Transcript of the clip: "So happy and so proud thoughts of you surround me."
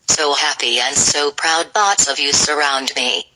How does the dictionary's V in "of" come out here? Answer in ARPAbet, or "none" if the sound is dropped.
V